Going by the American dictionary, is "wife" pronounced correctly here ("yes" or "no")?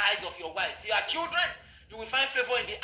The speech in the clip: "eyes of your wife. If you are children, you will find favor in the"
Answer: no